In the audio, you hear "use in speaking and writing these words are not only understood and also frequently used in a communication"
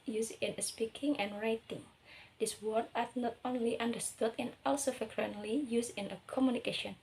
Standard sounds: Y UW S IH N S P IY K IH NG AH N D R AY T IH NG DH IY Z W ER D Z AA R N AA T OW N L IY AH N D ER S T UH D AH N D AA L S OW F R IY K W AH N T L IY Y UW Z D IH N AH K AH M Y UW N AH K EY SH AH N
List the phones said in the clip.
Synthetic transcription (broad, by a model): Y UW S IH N S P IY K IH NG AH N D R AY T IH NG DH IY S W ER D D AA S N AA T OW N L IY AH N D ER S T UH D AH N AA L S OW F R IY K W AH N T L IY Y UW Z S IH N AH K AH M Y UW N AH K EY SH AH N